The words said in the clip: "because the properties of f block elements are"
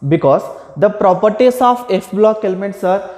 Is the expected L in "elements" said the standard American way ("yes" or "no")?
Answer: yes